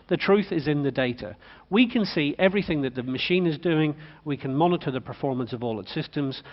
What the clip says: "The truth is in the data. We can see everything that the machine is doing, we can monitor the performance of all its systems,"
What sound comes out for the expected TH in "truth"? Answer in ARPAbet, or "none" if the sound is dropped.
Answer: TH